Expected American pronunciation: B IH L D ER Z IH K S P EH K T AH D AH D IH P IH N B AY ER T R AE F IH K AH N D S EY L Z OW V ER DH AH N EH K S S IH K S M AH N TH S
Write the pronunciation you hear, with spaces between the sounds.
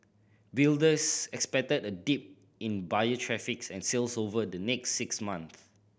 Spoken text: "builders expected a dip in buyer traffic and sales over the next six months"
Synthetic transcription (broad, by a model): B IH L D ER S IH K S P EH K T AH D AH D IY P IH N B AY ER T R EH F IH K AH N S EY L S OW V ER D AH N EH K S S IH K S M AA N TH